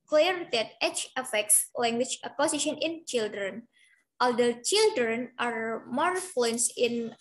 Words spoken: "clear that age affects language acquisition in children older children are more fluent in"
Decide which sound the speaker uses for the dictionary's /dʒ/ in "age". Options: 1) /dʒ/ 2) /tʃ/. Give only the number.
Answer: 2